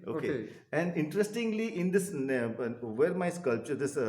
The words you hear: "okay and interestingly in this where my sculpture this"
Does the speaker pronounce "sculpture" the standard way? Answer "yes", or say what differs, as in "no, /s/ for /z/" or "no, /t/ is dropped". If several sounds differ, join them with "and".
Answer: yes